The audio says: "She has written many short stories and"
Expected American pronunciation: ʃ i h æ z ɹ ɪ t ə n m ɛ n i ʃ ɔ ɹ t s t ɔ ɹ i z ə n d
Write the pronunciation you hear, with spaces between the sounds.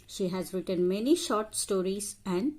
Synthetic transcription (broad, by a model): ʃ i h æ z ɹ ɪ t ə n m ɛ n i ʃ ɔ ɹ t s t ɔ ɹ i z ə n d